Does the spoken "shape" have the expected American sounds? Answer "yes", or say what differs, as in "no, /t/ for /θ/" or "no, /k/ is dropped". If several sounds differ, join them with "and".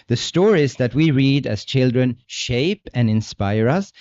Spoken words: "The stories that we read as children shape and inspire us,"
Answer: yes